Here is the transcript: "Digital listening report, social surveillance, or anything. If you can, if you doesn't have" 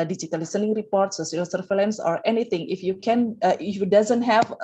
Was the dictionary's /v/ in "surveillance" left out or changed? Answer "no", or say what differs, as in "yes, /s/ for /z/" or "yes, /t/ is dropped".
yes, /f/ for /v/